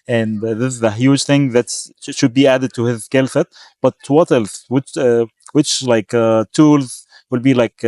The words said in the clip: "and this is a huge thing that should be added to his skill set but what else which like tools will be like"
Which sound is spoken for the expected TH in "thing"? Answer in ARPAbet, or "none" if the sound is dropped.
TH